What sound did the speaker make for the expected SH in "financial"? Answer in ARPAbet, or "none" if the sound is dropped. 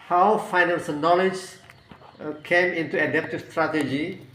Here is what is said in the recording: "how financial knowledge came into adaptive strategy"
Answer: S